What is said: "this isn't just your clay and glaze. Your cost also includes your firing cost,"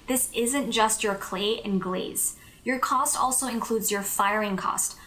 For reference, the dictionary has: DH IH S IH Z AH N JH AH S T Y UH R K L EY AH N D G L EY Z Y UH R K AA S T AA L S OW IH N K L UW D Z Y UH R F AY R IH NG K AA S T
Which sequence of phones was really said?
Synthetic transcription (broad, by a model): DH IH S IH Z AH N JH AH S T Y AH R K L EY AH N G L EY Z Y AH R K AA S T AA L S OW IH N K L UW D Z Y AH R F AY R IH NG K AA S T